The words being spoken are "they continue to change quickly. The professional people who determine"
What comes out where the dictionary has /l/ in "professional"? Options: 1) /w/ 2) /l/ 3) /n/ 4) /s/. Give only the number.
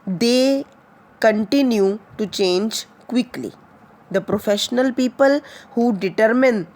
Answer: 2